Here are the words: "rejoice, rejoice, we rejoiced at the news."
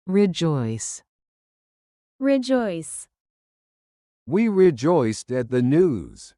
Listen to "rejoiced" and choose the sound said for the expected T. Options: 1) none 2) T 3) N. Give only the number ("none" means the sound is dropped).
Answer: 2